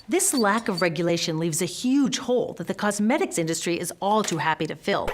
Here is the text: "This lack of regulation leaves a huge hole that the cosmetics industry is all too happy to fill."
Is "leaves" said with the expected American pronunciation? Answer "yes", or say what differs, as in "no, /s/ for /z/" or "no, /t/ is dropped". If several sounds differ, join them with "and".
yes